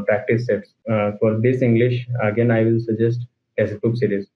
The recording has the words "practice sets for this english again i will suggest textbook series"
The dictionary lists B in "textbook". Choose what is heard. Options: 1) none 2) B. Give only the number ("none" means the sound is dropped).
1